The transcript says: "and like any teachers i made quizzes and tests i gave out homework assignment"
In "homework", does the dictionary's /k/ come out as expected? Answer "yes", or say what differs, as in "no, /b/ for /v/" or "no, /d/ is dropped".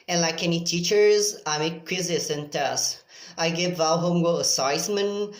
no, /k/ is dropped